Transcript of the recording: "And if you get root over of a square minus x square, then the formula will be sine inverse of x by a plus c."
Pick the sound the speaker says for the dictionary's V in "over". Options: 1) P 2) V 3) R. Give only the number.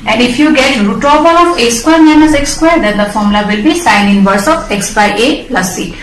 1